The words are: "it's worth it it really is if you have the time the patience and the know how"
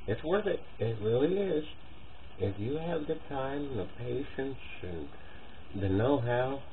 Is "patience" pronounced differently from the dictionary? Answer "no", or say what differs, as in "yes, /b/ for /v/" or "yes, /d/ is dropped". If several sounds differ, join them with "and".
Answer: no